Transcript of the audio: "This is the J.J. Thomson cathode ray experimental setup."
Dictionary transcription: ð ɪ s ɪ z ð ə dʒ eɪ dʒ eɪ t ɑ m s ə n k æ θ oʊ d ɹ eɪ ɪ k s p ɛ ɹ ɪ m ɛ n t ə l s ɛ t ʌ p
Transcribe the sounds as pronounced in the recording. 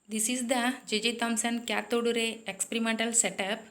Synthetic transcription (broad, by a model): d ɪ s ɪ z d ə dʒ eɪ dʒ eɪ t ɑ m s ə n k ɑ t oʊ d ɹ eɪ ɪ k s p ɛ ɹ ɪ m ɛ n t ə l s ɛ t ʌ p